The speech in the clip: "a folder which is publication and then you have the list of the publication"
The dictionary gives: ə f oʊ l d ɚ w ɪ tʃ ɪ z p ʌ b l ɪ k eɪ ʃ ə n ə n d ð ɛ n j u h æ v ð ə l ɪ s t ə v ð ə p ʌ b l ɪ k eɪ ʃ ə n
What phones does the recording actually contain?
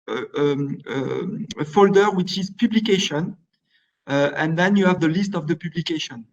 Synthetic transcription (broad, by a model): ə f oʊ l d ɚ w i tʃ ɪ z p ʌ b l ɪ k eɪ ʃ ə n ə n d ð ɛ n j u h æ v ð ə l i s t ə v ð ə p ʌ b l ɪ k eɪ ʃ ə n